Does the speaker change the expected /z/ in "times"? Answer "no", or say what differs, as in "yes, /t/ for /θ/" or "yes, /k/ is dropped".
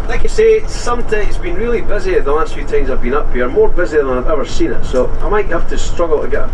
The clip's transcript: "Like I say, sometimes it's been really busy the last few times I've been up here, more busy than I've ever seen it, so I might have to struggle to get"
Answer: no